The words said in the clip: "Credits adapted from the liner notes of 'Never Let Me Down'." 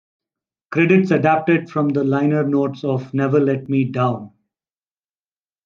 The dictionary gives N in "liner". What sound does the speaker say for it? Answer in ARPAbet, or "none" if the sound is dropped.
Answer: N